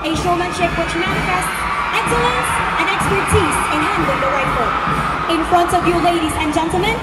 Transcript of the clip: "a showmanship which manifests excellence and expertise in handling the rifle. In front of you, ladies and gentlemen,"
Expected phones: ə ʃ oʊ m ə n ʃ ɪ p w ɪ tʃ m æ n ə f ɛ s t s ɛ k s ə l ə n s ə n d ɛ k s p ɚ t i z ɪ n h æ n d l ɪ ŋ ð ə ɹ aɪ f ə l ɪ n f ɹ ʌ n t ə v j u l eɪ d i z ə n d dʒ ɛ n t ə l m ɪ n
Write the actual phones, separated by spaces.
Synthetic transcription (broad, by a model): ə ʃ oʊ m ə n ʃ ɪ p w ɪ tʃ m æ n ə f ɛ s s ɛ k s ə l ə n s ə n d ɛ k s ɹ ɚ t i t ɪ n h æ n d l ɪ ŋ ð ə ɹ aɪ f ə ɪ n f ɹ ʌ n t ə v j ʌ l eɪ d i z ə n dʒ ɛ n t l m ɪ n